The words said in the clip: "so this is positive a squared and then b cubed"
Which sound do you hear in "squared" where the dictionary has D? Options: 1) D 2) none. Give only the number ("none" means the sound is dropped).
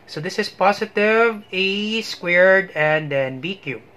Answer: 1